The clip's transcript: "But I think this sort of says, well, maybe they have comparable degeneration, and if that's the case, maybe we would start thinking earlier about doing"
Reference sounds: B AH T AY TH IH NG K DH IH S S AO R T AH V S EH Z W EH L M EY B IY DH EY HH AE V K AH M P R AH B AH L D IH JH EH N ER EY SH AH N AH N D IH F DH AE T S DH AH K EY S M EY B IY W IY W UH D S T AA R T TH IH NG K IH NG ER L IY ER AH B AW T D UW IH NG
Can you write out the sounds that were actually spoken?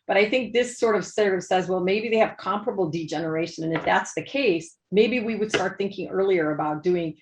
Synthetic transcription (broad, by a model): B AH T AY TH IH NG K DH IH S S AO R T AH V S EH Z W EH L M EY B IY DH EY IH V K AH M P R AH B L D IH JH EH N ER EY SH AH N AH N IH F DH AE T S DH AH K EY S M EY B IY W IY W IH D S T AA R T TH IH NG K IH NG ER L IY ER AH B AW T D UW IH NG